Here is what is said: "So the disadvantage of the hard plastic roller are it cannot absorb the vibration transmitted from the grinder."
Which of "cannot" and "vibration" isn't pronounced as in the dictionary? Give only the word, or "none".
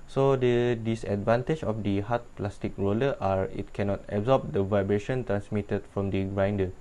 none